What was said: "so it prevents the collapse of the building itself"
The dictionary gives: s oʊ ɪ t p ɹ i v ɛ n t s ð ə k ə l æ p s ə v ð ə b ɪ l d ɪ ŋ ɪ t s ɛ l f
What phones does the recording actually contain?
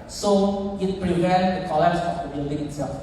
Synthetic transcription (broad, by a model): s oʊ ɪ t p ɹ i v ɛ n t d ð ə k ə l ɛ s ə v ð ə b ɪ l d ɪ ŋ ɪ t s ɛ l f